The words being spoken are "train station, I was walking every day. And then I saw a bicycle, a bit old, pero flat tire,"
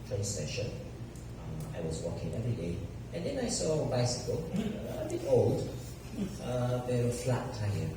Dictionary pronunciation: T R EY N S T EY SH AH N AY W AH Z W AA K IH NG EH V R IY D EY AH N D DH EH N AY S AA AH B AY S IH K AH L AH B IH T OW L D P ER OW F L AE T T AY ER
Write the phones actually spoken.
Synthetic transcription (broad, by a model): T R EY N S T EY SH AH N AY W AH Z W AA K IH NG EH V R IY D EY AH N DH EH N AY S AA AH B AY S IH K AH L AH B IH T OW L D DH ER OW F L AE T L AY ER